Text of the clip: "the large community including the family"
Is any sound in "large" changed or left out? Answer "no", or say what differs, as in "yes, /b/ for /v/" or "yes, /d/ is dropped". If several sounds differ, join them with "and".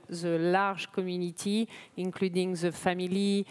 yes, /ʒ/ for /dʒ/